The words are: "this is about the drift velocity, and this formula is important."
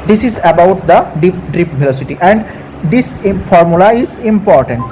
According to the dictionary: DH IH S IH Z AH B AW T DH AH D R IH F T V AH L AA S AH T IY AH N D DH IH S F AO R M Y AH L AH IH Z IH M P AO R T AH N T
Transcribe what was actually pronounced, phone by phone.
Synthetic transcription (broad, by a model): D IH S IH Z AH B AW T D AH D IY P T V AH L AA S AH T IY AH N D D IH S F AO R M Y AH L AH IH Z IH M P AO R T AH N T